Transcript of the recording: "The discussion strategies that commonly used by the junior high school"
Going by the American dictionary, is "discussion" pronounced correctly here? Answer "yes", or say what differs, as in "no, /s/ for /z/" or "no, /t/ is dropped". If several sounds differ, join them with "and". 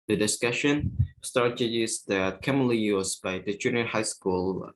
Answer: yes